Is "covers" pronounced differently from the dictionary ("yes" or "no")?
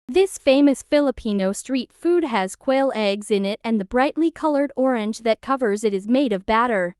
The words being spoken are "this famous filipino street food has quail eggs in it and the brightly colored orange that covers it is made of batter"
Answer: no